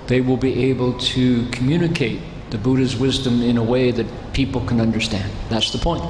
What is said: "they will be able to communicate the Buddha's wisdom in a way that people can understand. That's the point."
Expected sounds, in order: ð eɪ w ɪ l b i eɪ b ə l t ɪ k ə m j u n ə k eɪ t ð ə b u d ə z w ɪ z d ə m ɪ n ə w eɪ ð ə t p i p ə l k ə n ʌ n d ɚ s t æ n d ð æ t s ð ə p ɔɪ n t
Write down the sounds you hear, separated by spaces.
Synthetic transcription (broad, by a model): ð eɪ w ɪ l b i eɪ b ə l t ɪ k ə m j u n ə k eɪ t ð ə b u d ə z w ɪ z d ə m ɪ n ə w eɪ ð ə t p i p l k ə n ʌ n d ɚ s t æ n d ð æ t s ð ə p ɔɪ n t